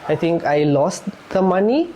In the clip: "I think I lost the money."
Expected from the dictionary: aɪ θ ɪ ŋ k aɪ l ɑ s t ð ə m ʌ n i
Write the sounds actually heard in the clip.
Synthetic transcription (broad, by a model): aɪ t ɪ ŋ k aɪ l ɑ s t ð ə m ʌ n i